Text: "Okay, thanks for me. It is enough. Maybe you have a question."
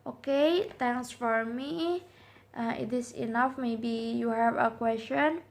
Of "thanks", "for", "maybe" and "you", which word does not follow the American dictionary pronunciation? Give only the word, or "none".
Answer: thanks